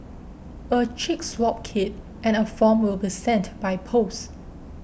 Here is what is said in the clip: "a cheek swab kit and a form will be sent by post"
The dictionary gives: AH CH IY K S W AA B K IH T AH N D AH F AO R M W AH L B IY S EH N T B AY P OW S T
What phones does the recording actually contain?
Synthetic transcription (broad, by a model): AH CH IY K S W AA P K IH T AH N AH F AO M W AH L B IY S EH N T B AY P OW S